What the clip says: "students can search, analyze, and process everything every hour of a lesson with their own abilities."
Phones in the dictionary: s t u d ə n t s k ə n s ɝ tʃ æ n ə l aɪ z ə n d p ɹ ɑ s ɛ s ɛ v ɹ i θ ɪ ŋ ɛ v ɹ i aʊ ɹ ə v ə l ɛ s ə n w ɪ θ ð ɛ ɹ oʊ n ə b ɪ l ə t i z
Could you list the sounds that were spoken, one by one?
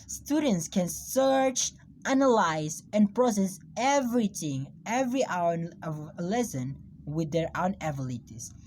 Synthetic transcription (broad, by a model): s t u d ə n t s k ə n s ɝ tʃ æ n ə l aɪ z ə n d p ɹ ɑ s ɛ s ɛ v ɹ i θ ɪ ŋ ɛ v ɹ i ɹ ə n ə l ɛ s ə n w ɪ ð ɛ ɹ oʊ n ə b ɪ l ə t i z